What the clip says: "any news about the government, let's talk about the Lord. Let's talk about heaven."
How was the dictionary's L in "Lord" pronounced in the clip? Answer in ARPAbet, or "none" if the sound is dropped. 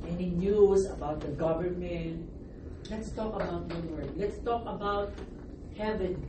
W